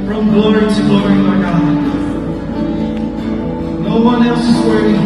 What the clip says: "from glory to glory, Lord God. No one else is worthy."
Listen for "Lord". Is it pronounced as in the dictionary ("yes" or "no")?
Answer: no